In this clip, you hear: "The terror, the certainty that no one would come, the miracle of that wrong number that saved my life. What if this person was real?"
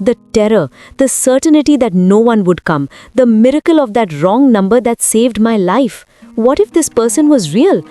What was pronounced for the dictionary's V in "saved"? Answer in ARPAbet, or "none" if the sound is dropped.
V